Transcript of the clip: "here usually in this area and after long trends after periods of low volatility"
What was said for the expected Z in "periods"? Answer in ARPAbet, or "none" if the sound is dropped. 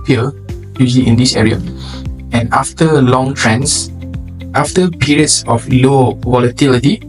S